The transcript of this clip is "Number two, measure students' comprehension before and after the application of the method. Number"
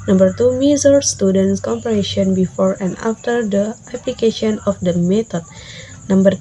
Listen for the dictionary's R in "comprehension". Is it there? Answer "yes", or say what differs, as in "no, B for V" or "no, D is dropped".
no, R is dropped